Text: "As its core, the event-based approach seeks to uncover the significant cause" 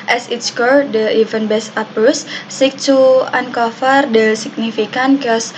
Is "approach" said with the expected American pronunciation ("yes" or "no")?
no